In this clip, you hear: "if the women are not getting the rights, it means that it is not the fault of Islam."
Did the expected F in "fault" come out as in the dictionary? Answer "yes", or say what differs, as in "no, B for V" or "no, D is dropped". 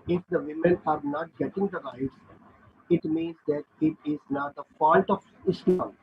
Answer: no, P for F